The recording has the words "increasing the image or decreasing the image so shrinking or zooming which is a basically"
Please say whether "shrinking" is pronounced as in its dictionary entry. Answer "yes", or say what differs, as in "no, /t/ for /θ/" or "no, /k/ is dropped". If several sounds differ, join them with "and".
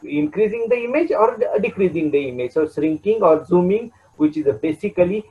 no, /s/ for /ʃ/